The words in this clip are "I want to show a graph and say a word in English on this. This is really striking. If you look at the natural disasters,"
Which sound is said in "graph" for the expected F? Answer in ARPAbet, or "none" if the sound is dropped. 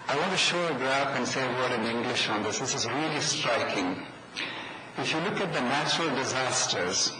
P